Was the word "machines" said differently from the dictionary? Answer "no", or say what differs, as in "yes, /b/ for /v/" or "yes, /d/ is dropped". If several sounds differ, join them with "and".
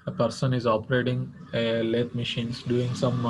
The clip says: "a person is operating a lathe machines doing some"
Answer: yes, /s/ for /z/